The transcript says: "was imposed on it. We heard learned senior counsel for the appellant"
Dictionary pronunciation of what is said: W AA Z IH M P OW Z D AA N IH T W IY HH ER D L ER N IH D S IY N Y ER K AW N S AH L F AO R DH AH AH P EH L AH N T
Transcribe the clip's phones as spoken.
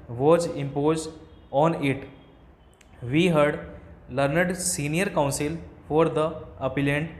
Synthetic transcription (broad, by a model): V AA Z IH M P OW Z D AA N IH T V IY HH ER D L ER N IH D S IY N Y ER K AW N S AH L F AO R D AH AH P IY L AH N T